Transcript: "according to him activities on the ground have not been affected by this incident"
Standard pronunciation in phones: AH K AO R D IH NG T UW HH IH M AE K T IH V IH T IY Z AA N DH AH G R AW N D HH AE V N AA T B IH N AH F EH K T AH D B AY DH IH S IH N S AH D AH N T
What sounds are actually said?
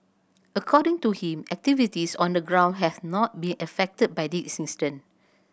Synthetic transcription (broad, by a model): AH K AO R D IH NG T UW HH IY M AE K T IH V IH T IY S AA N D AH G R AW N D HH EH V N AA T B IH N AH F EH K T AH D B AY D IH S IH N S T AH N